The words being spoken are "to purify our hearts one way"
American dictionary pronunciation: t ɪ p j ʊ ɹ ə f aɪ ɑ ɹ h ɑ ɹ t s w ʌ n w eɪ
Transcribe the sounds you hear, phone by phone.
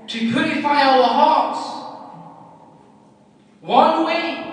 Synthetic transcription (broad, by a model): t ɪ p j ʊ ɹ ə f aɪ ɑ l h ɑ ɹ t s w ʌ n w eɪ